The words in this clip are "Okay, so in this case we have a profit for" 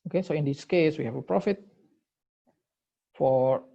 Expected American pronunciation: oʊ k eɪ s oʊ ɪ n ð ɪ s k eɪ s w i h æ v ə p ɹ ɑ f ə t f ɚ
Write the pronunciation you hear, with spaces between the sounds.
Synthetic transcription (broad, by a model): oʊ k eɪ s oʊ ɪ n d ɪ s k eɪ s w i h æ f ə p ɹ ɑ f ə t f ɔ